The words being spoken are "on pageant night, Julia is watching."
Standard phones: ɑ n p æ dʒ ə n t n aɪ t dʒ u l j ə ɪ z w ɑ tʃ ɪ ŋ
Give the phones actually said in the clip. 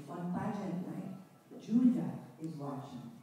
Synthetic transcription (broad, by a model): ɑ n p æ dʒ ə t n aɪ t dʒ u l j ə ɪ z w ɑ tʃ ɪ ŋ